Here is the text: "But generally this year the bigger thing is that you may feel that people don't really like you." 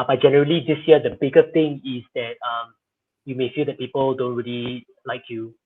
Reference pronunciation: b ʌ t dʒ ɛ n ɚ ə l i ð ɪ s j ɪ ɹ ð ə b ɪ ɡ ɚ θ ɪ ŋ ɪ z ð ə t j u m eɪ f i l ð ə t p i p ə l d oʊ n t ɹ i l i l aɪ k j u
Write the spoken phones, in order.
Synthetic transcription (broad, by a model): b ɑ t dʒ ɛ n ɚ ə l i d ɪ s j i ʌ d ə b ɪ ɡ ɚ t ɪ ŋ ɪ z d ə t j u m eɪ f i l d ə t p i p ə l d oʊ n t ɹ i l i l aɪ k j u